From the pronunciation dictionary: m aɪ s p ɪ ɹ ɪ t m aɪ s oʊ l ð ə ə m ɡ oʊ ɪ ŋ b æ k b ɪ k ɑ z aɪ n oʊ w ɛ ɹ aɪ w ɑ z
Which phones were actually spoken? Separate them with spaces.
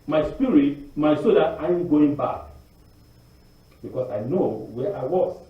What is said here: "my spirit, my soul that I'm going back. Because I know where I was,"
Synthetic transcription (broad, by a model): m aɪ s p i ɹ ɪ t m aɪ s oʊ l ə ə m ɡ oʊ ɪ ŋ b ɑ k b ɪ k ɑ s aɪ n oʊ w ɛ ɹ aɪ w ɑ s